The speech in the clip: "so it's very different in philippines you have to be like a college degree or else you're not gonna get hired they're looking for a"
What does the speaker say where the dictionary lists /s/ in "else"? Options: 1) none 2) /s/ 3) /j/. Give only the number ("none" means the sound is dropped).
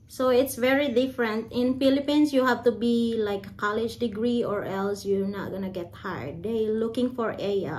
2